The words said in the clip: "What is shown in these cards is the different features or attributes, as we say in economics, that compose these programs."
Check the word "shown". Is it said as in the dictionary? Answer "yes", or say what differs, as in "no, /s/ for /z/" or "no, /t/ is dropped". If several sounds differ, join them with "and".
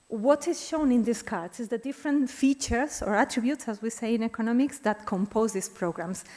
yes